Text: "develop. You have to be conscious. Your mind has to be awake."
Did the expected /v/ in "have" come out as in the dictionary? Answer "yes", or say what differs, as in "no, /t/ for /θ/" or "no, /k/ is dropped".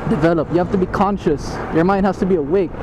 no, /f/ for /v/